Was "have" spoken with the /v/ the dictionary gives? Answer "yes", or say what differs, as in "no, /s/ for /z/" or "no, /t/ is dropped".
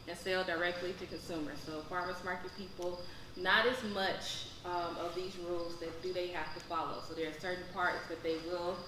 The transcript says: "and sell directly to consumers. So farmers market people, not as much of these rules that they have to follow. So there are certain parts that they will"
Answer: no, /f/ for /v/